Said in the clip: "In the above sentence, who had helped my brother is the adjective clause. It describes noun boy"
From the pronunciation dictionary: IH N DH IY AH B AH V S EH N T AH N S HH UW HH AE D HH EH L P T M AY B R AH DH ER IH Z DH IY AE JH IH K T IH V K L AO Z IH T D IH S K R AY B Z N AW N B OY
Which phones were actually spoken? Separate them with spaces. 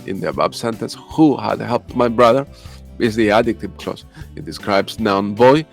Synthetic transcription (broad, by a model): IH N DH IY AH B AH B S EH N T AH N S HH UW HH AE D HH EH L P T M AY B R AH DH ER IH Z DH IY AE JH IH K T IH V K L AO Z IH T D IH S K R AY B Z N AW N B OY